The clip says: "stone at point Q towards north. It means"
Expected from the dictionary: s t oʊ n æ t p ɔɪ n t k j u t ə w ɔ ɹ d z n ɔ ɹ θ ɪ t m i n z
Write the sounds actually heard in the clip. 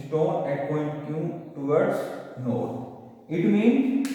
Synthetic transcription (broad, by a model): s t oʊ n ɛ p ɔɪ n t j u t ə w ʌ ɹ d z n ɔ ɹ t ɪ t m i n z